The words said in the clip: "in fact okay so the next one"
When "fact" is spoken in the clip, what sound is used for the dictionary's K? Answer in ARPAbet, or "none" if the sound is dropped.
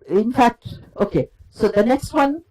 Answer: K